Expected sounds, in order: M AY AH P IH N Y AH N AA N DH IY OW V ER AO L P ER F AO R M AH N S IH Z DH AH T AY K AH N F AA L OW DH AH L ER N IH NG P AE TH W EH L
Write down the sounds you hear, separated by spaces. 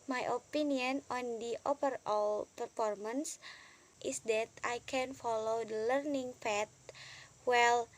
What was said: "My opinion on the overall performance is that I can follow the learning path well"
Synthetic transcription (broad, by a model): M AY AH P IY N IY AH N AA N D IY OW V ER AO L P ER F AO R M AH N S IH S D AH T AY K AH N F AA L OW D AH L ER N IH NG F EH T W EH L